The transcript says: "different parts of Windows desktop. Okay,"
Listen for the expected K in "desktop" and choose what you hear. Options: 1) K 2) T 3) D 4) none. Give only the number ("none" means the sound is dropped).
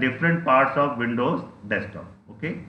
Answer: 4